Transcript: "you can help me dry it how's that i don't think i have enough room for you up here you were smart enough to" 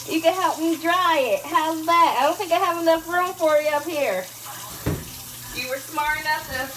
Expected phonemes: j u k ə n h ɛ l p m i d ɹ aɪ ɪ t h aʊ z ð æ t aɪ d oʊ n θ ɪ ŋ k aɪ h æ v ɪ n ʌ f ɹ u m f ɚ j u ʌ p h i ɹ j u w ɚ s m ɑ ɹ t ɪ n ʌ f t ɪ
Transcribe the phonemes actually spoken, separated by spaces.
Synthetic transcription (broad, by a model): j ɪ k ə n h ɛ l p m i d ɹ aɪ ɪ t h aʊ z ð æ t aɪ d oʊ n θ ɪ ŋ k aɪ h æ v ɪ n ʌ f ɹ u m f ɚ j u ʌ p h i ɹ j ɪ w ɚ s m ɑ ɹ ɪ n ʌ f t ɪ